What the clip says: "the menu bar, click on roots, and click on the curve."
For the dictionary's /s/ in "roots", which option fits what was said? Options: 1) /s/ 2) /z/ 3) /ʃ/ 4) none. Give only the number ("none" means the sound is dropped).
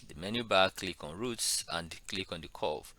1